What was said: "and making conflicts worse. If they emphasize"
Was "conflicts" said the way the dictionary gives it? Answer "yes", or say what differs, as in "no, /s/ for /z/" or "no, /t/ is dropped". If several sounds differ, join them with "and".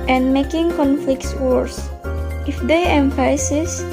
yes